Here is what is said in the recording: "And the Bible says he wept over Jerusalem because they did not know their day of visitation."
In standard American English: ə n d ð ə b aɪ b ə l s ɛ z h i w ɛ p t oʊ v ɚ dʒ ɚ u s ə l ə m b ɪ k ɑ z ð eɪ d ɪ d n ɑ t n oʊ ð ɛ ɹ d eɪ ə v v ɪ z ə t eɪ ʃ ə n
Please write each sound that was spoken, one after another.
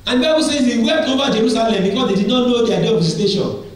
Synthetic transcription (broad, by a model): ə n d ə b aɪ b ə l s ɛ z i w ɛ t oʊ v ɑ dʒ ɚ u s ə l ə m b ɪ k ɑ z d eɪ d ɪ d n ɑ t n oʊ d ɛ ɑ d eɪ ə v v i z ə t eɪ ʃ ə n